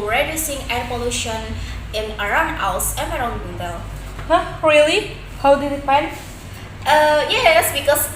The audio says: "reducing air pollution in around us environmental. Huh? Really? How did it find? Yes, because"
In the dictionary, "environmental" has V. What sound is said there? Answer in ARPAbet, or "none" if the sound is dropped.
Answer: none